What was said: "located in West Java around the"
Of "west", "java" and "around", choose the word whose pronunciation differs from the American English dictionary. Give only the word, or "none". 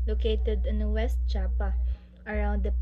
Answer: java